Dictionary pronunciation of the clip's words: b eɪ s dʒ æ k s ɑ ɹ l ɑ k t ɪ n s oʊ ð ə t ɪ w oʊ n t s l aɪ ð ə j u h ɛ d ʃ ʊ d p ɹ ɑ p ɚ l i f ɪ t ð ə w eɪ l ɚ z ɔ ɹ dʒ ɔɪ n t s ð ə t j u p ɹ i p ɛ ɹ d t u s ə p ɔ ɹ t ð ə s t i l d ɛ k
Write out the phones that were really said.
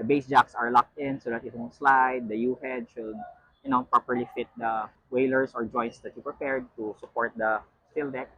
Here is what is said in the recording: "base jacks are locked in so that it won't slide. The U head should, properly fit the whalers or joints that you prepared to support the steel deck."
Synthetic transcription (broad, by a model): b eɪ s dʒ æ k s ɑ ɹ l ɑ k t ɪ n s oʊ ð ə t ɪ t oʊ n s l aɪ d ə j u h ɛ d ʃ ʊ d p ɹ ɑ p ɚ l i f ɪ t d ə w eɪ l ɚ s ɔ ɹ dʒ ɔɪ n t s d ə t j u p ɹ i p ɛ ɹ d t u s ə p ɔ ɹ t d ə s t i l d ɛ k